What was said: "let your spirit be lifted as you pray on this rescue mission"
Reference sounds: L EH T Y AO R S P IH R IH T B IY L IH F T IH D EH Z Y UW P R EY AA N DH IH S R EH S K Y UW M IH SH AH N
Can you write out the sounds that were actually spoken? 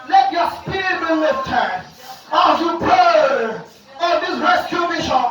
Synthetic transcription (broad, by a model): L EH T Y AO S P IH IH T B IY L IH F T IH AA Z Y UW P EY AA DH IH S R EH S K Y UW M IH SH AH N